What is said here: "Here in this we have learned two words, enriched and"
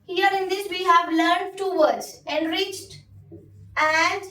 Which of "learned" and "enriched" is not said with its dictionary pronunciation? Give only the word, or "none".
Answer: none